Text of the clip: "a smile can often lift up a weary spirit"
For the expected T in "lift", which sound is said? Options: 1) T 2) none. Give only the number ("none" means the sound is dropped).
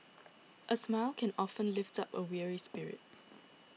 1